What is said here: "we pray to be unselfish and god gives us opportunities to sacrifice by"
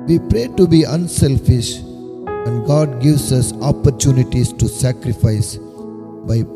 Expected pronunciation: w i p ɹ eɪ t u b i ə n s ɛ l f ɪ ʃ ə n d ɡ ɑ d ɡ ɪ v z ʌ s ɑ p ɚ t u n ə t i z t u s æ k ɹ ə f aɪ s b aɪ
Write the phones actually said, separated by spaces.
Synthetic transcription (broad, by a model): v i p ɹ eɪ t u b i ə n s ɛ l f ɪ ʃ ə n d ɡ ɑ d ɡ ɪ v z ʌ s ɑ p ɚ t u n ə t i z t u s æ k ɹ ə f aɪ s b aɪ